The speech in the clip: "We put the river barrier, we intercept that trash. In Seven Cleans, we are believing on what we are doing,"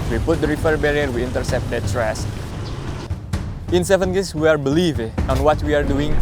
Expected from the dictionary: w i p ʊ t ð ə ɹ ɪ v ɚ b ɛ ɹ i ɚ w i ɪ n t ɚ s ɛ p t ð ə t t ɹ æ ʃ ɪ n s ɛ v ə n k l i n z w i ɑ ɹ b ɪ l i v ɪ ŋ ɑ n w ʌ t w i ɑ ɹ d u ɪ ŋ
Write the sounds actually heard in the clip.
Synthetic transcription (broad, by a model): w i p ʊ t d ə ɹ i f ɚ b ɛ ɹ i ɚ w i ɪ n t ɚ s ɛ p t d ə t s ɹ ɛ s ɪ n s ɛ v ə n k i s w i ɑ ɹ b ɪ l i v ɑ n w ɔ t w i ɑ ɹ d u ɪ ŋ